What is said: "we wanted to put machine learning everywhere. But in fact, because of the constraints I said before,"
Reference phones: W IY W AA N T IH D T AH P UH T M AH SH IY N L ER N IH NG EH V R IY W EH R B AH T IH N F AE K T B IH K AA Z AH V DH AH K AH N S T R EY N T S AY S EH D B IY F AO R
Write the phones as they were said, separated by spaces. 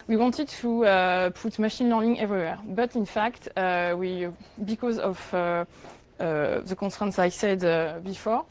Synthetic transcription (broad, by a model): W IY W AA N T IH D T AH P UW T M AH SH IY N L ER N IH NG EH V R IY W EH R B AH T IH N F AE K T B IH K AA Z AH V DH AH K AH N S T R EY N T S AY S EH D B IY F AO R